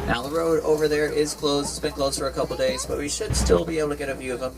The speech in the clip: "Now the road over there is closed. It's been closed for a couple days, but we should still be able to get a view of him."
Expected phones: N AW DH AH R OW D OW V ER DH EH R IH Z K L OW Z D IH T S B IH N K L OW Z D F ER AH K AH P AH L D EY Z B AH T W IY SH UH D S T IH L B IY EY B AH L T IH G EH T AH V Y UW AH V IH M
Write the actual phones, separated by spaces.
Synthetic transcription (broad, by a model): N AW DH AH R OW D OW V ER DH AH R IH Z K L OW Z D IH T S B IH N K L OW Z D F ER AH K AH P L D EY Z B AH T W IY SH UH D S T IH L B IY EY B L T IH G EH T AH V Y UW AH V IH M